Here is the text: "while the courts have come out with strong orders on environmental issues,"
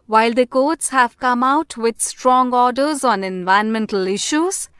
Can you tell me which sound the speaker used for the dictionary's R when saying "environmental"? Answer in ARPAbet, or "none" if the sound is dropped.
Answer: none